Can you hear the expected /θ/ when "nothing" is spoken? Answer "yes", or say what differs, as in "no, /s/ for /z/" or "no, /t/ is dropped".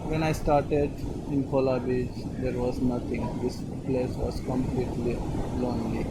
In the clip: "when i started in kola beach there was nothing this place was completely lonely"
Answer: no, /t/ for /θ/